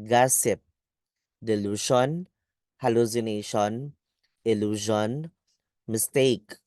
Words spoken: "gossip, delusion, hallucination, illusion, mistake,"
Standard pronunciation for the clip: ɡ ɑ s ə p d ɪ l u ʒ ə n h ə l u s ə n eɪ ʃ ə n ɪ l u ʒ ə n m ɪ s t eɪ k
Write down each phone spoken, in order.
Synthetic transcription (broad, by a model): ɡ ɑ s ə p d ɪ l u ʃ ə n h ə l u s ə n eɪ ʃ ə n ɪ l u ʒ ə n m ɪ s t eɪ k